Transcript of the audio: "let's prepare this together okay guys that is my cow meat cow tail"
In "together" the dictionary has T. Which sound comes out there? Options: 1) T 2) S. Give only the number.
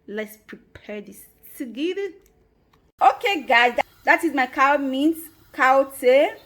2